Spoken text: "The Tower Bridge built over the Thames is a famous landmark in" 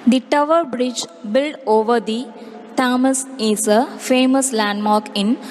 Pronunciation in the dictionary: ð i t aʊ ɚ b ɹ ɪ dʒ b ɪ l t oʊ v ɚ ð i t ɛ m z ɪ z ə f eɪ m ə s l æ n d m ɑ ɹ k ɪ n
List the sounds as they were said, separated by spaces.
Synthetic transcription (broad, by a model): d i t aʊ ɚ b ɹ ɪ dʒ b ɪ l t oʊ v ɚ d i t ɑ m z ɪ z ə f eɪ m ə s l æ n d m ɑ ɹ k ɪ n